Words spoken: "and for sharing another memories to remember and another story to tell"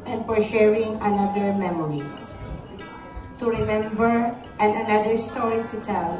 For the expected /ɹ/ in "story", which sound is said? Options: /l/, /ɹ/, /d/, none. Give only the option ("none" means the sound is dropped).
/ɹ/